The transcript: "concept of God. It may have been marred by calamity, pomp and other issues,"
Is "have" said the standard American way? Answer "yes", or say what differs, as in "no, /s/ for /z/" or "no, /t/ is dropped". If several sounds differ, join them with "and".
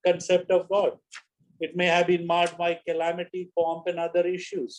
yes